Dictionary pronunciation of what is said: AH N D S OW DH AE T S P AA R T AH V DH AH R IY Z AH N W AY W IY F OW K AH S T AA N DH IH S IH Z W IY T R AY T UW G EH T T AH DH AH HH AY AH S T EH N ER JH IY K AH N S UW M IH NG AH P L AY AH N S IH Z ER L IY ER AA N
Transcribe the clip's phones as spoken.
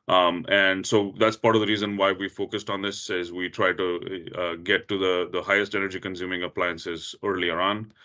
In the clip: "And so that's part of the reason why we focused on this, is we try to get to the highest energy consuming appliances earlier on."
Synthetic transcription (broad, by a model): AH N D S OW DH AE T S P AA R T AH V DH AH R IY Z AH N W AY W IY F OW K AH S T AA N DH IH S IH Z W IY T R AY T UW G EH T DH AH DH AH HH AY AH S T EH N ER JH IY K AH N S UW M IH NG AH P L AY AH N S IH Z ER L IY ER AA N